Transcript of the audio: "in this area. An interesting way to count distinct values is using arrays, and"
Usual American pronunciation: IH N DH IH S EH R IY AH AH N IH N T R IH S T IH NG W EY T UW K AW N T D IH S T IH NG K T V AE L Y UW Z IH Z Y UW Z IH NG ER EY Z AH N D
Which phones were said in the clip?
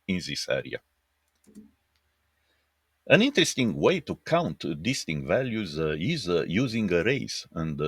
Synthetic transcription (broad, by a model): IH N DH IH S EH R IY AH AH N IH N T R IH S T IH NG W EY T UW K AW N T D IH S T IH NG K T V AE L Y UW Z IH Z Y UW Z IH NG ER EY S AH N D